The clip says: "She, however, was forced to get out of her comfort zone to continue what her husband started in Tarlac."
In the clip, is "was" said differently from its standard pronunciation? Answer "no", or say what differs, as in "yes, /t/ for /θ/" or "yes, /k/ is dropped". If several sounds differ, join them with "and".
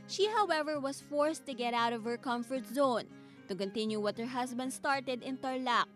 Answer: yes, /s/ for /z/